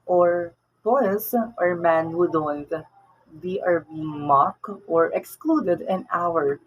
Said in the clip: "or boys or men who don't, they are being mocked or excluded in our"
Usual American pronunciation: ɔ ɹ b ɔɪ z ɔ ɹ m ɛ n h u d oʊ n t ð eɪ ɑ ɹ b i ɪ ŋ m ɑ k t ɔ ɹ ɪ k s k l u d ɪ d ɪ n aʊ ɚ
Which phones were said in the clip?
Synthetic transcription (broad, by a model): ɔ ɹ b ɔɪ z ɔ ɹ m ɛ n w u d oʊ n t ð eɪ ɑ ɹ b i ɪ ŋ m ɑ k t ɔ ɹ ɪ k s k l u d ɪ d ɪ n aʊ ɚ